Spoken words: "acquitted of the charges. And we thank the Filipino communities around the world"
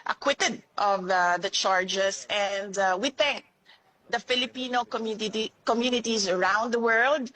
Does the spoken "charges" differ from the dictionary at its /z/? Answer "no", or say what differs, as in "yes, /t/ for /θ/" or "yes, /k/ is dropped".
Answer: yes, /s/ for /z/